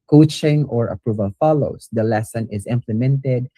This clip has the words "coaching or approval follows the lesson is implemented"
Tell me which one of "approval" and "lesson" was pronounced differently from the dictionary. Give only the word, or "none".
none